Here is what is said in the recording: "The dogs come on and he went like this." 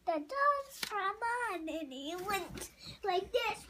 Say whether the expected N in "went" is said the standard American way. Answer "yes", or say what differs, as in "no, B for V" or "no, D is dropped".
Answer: yes